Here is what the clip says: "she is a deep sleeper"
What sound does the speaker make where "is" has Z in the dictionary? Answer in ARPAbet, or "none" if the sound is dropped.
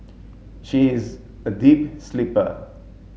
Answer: Z